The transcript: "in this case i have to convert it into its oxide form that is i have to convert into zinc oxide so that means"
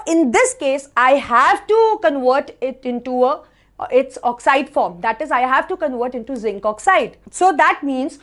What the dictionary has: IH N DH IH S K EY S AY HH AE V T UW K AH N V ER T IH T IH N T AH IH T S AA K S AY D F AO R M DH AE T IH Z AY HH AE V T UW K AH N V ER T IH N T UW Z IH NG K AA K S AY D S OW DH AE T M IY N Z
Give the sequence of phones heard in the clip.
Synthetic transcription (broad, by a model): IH N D IH S K EY S AY HH AE V T UW K AH N V ER T IH T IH N T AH IH T S AA K S AY D F AO R M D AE T IH Z AY HH AE V T UW K AH N V ER T IH N T UW Z IH NG K AA K S AY D S OW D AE T M IY N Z